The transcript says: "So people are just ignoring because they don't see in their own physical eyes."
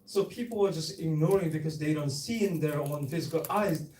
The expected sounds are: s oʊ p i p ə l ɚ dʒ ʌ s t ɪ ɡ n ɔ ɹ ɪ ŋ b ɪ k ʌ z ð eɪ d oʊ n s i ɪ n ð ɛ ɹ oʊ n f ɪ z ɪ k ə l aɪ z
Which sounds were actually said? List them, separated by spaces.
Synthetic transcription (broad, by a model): s oʊ p i p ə l ɚ dʒ ʌ s t ɪ ɡ n ɔ ɹ ɪ ŋ b ɪ k ʌ z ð eɪ d oʊ n s i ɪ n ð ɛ ɹ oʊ n f ɪ z ɪ k ə l aɪ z